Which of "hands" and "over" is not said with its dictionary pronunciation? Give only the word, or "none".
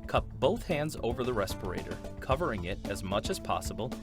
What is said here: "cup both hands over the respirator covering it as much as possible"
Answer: none